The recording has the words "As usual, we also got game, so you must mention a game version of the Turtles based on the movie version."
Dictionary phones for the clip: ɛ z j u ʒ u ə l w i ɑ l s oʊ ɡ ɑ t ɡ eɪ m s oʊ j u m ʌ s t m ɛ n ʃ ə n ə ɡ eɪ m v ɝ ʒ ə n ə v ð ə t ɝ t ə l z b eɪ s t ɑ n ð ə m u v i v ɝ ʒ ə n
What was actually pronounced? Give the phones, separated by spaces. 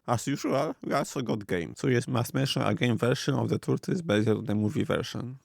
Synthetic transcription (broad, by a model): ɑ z j u ʒ u ə l w i ɑ l s oʊ ɡ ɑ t ɡ eɪ m s oʊ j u m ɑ s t m ɛ n ʃ ə n ə ɡ eɪ m v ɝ ʃ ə n ə v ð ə t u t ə z b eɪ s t ɑ n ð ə m u v i v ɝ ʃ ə n